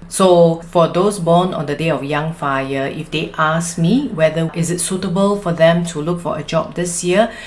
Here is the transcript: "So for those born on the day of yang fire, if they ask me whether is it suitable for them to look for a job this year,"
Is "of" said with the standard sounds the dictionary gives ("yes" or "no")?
no